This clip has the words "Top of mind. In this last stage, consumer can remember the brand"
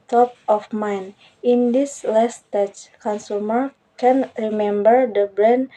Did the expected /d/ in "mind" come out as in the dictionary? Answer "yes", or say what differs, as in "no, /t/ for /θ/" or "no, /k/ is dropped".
no, /d/ is dropped